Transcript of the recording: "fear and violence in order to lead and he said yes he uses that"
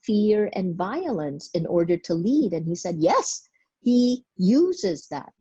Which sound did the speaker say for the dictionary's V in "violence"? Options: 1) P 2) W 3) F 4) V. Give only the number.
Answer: 4